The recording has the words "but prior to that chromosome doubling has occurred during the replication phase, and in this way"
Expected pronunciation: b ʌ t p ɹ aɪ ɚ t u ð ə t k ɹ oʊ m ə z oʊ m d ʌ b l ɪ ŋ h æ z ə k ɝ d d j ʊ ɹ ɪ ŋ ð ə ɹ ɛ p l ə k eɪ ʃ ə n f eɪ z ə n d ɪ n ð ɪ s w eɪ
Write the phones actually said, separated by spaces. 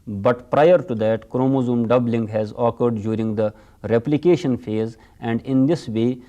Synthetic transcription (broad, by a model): b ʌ t p ɹ aɪ ɚ t u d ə t k ɹ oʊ m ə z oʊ m d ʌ b l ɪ ŋ h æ z ə k ɝ d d j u ɹ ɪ ŋ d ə ɹ ɛ p l ə k eɪ ʃ ə n f eɪ z ə n d ɪ n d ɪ s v eɪ